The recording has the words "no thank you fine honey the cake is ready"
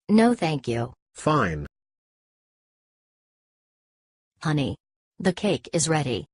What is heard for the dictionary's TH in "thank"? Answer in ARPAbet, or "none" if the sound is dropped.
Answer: TH